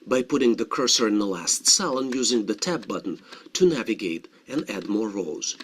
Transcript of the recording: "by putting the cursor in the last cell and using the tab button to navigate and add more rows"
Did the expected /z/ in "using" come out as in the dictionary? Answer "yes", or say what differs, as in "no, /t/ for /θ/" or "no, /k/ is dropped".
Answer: yes